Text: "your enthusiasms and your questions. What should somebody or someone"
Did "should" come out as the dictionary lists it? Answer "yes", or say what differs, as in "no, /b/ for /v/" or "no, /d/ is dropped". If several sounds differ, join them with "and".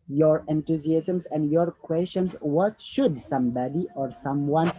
yes